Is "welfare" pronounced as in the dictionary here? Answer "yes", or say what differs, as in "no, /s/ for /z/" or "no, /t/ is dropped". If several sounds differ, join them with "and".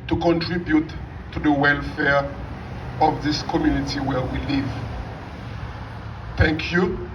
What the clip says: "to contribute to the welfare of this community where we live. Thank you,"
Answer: yes